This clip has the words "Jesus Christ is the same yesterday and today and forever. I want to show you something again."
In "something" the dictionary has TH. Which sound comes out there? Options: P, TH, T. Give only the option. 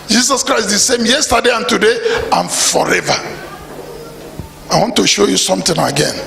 T